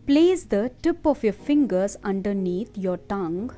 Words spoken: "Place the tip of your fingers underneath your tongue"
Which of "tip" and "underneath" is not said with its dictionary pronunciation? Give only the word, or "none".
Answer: underneath